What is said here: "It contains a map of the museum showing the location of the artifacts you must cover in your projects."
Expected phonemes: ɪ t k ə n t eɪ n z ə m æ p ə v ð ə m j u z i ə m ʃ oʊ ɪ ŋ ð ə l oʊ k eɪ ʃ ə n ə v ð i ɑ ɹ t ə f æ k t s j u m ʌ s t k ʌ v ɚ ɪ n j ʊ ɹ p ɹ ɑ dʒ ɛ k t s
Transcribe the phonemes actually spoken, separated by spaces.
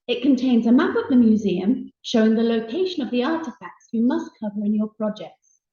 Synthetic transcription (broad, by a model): ɪ t k ə n t eɪ n z ə m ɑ p ə v ð ə m j u z i ə m ʃ oʊ ɪ ŋ ð ə l oʊ k eɪ ʃ ə n ə v ð i ɑ t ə f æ k t s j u m ʌ s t k ʌ v ɚ ɪ n j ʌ p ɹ ɑ dʒ ɛ k t s